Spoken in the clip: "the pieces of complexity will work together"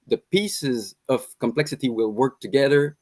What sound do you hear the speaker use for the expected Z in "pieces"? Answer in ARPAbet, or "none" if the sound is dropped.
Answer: Z